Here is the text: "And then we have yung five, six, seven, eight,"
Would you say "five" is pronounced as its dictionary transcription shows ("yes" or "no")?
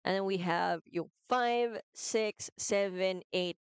yes